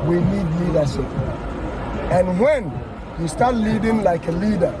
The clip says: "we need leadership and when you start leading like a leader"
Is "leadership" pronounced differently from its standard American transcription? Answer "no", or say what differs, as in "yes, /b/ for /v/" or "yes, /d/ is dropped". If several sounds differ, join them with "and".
yes, /s/ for /ʃ/